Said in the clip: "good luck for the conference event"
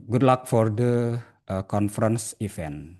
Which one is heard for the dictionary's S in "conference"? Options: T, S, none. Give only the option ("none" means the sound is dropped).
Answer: S